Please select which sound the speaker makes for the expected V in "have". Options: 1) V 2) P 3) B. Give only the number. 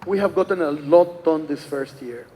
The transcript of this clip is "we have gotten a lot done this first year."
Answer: 1